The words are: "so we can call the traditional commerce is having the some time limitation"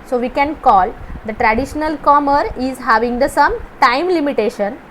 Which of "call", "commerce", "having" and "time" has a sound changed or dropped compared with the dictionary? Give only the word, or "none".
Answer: commerce